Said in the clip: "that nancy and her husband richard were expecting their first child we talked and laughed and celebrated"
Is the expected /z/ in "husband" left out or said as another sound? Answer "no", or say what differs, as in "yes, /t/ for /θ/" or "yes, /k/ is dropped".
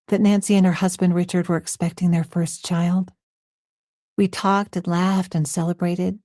no